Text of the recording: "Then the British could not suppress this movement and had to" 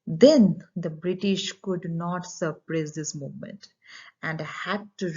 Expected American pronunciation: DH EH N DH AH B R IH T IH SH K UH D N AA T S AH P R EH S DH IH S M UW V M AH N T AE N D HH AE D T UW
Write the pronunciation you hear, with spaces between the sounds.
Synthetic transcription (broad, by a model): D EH N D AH B R IH T IH SH K UH D N AA T S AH P R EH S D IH S M UW V M AH N T AE N D HH AE D T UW